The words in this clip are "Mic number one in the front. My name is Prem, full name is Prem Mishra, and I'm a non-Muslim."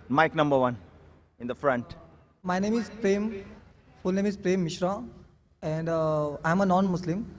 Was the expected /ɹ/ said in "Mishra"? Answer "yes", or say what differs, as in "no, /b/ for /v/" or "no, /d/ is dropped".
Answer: yes